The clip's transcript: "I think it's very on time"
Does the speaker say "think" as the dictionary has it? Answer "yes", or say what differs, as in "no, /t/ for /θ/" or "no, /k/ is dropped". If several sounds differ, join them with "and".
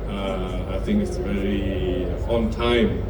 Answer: yes